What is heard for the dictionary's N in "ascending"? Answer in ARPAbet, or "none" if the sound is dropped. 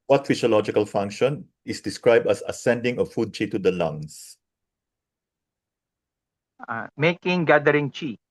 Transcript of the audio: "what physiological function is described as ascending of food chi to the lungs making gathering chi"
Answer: N